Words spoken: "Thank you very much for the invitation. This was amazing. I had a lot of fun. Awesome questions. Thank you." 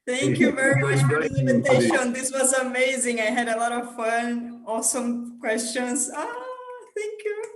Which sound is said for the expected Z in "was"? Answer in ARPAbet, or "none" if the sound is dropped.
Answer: Z